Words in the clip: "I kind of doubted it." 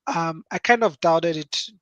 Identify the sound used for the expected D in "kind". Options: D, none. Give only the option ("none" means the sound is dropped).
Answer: D